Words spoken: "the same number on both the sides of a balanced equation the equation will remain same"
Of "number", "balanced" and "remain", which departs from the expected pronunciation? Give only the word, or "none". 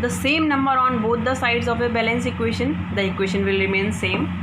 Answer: balanced